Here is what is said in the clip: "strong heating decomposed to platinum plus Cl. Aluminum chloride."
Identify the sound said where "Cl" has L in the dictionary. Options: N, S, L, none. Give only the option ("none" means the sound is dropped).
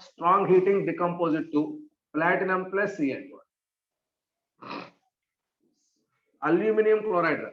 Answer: N